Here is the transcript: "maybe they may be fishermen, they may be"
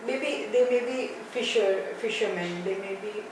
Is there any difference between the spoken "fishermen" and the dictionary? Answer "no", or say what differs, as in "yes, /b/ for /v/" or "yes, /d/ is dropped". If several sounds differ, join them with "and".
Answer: no